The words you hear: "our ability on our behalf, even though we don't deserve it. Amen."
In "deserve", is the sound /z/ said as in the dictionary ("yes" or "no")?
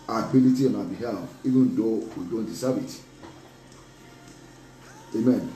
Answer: no